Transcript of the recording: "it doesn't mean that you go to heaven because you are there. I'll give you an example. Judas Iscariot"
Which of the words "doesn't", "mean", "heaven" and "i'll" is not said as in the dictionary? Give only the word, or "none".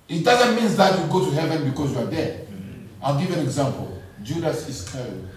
none